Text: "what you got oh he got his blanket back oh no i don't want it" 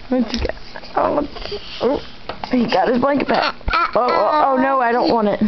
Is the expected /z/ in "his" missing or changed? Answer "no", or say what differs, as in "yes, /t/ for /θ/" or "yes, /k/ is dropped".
no